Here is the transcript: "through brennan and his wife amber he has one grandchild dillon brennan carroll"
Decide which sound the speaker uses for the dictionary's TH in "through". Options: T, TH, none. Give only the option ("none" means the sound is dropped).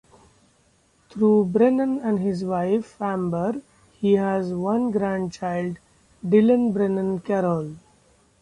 T